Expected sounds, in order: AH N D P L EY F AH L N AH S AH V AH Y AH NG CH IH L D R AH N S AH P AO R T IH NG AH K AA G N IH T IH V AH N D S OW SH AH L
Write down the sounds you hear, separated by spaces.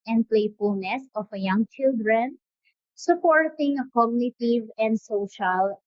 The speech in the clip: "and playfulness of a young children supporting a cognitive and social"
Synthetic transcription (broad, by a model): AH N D P L EY F AH L N AH S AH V AH Y AH NG CH IH L D R AH N S AH P AO R T IH NG AH K AA G N IH T IH V AH N D S OW SH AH L